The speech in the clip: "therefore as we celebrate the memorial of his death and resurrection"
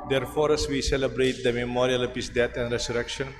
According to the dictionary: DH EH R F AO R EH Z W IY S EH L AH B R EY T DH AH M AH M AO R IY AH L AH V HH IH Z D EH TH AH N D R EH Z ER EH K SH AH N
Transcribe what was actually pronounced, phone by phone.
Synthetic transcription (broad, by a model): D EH R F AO R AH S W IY S EH L AH B R EY T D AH M AH M AO R IY AH L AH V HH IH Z D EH T AH N D R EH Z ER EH K SH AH N